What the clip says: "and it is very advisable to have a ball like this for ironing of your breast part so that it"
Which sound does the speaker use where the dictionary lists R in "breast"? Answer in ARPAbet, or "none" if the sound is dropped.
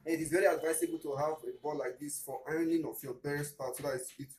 none